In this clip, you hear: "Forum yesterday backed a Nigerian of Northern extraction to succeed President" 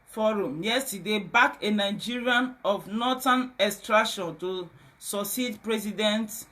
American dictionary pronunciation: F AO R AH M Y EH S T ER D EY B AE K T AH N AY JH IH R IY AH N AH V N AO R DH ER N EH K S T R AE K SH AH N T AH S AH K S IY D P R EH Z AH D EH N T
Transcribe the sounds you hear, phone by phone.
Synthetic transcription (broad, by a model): F AO R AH M Y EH S T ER D EY B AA K AH N AY JH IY R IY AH N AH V N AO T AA N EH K S T R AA K SH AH N T AH S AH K S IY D P R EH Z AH D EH N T